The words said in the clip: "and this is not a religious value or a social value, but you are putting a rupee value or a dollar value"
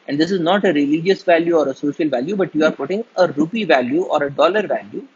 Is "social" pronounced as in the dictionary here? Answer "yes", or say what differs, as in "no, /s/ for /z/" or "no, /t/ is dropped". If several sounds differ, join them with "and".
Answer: yes